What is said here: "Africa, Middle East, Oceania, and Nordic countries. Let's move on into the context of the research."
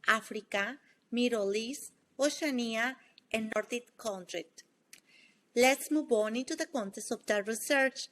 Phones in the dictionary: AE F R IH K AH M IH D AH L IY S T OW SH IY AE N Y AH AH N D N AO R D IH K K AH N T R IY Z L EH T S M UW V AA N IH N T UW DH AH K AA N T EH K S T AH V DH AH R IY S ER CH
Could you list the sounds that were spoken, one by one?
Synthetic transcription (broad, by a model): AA F R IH K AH M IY D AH L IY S OW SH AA N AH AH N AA N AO R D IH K K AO N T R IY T L EH T S M UW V AA N IH N T UW DH AH K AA N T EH S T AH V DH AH R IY S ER CH